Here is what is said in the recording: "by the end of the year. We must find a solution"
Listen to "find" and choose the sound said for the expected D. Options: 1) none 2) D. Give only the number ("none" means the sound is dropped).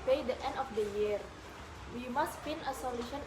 1